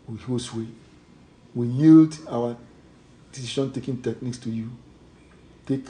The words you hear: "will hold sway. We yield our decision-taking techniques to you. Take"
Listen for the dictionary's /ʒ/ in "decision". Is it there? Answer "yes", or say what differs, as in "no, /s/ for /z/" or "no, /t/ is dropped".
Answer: no, /ʃ/ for /ʒ/